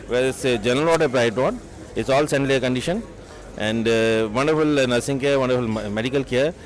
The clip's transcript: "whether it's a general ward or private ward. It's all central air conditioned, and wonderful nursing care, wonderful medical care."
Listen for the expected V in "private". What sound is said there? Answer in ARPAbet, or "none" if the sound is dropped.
none